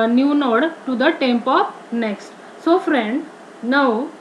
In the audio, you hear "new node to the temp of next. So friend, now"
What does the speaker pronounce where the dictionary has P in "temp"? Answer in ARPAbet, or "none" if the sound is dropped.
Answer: P